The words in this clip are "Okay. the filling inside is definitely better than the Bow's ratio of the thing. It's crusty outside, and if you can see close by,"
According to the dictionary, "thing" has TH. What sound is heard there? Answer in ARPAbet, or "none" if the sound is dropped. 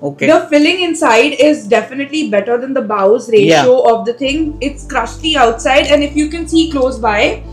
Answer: T